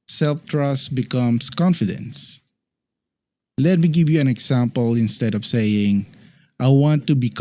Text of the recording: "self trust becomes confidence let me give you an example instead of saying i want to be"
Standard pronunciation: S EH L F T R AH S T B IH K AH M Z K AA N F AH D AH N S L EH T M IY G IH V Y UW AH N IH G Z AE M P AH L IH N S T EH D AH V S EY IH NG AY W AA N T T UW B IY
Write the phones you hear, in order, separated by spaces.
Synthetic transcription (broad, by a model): S EH L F T R AH S T B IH K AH M S K AA N F AH D AH N S L EH T M IY G IH V Y UW AH N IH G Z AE M P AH L IH N S T EH D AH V S EY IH NG AY W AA N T T UW B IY